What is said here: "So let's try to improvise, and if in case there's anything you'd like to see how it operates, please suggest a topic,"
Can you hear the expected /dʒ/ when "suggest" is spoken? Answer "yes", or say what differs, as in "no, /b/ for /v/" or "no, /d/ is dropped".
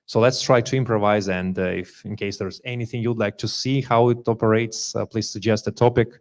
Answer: yes